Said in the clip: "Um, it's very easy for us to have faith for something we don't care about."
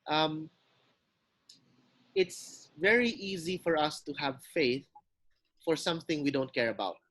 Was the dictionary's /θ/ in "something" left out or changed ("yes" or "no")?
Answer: no